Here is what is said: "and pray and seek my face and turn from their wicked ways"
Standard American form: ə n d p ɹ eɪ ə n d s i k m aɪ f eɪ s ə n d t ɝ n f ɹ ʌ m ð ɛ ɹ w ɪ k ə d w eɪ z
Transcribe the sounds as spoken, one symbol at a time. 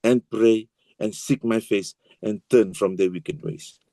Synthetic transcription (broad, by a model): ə n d p ɹ eɪ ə n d s i k m aɪ f eɪ s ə n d t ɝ n f ɹ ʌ m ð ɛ w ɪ k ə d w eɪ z